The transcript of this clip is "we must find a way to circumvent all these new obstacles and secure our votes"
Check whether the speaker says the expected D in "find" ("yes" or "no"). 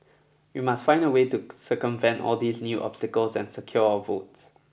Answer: yes